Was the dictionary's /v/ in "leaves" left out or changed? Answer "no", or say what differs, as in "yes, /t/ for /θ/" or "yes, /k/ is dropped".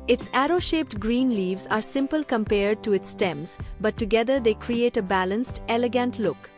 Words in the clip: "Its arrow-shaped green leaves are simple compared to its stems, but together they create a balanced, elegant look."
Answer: no